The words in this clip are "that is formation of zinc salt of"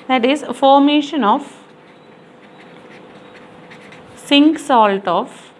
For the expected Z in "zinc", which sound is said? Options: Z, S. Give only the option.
S